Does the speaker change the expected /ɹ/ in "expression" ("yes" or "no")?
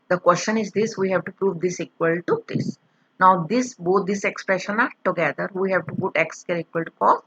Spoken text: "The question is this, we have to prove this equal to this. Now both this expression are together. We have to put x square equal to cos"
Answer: no